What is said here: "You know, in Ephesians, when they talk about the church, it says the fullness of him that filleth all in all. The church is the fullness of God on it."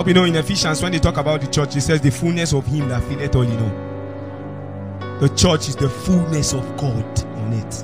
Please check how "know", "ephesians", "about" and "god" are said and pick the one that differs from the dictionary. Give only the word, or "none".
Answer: ephesians